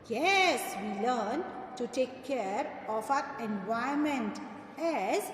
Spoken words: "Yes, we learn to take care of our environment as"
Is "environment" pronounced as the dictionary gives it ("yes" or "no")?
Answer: no